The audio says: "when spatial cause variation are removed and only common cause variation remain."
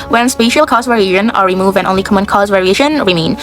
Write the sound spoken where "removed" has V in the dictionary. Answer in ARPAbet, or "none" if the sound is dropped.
V